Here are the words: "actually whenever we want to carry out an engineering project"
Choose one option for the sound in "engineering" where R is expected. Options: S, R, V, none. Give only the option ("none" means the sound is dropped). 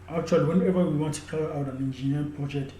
none